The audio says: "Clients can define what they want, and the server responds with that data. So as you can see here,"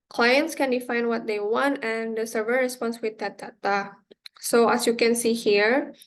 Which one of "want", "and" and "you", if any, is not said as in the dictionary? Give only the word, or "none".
none